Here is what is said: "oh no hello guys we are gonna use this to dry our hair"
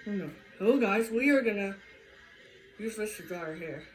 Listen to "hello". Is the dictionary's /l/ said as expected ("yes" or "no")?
no